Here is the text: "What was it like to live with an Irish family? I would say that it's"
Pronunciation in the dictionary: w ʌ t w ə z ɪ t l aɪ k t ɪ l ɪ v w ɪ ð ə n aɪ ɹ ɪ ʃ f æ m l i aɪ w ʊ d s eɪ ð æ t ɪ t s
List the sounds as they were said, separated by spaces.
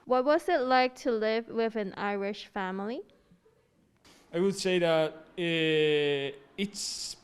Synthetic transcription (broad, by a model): w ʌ t w ə z ɪ t l aɪ k t ɪ l ɪ v w ɪ ð ə n aɪ ɹ ɪ ʃ f æ m l i aɪ w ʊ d s eɪ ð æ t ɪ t s